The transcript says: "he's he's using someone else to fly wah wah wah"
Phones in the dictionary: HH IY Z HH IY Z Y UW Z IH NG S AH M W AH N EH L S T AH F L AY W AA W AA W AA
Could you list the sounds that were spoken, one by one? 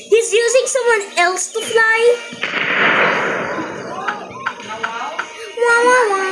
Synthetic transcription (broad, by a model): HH HH IY Z Y UW Z IH NG S AH M W AH N EH L S T AH F L AY W AA W AA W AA